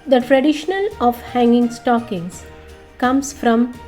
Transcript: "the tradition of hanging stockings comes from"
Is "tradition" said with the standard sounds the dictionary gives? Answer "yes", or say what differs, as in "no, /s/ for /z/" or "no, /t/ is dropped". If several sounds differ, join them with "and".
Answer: no, /l/ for /n/